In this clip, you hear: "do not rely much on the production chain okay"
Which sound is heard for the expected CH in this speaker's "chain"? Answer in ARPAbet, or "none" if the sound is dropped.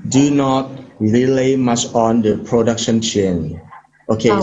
CH